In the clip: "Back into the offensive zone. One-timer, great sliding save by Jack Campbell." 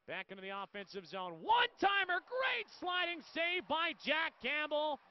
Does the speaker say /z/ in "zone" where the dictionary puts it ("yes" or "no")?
yes